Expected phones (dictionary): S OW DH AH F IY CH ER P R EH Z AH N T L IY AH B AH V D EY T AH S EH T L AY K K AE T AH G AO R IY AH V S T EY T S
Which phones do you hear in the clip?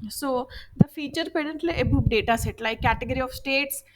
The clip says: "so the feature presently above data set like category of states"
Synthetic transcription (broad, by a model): S OW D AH F IY CH ER P EH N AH N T L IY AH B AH P D EY T AH S EH T L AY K K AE T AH G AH R IY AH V S T EY T S